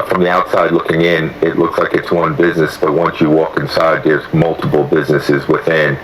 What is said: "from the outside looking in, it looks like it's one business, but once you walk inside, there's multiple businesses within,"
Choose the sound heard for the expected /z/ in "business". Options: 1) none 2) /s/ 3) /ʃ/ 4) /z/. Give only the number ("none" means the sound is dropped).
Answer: 4